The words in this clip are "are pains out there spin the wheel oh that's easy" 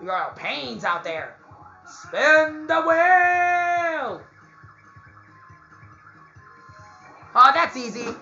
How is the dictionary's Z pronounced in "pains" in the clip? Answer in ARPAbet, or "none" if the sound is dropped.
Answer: Z